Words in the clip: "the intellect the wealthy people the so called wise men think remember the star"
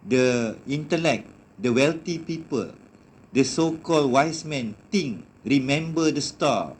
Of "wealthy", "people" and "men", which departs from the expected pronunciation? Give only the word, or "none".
wealthy